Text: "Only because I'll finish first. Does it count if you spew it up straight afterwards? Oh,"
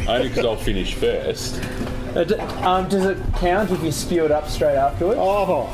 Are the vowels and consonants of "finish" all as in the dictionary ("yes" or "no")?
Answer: yes